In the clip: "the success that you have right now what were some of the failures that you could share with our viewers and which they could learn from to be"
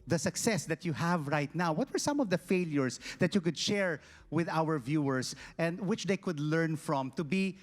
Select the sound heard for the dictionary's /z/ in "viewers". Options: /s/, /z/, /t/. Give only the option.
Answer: /s/